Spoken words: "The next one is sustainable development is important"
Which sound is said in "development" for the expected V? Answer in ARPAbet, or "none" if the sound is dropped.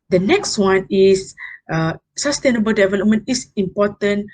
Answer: V